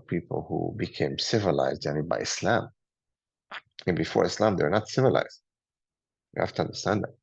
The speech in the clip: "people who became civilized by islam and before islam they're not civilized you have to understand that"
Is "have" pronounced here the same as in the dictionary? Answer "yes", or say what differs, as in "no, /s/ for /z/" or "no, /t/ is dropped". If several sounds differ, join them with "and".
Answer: no, /f/ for /v/